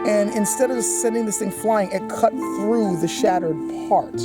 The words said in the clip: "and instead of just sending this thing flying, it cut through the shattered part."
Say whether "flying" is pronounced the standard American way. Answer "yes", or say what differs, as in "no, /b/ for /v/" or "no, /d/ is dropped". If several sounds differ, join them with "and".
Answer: yes